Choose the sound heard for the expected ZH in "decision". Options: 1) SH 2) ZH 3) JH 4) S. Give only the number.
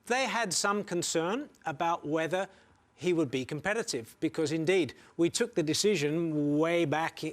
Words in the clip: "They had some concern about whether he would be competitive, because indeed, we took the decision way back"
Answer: 2